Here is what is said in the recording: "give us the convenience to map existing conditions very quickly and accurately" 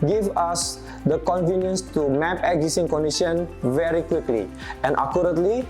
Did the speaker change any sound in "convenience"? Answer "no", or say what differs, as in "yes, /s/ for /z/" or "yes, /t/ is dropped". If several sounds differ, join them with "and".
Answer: no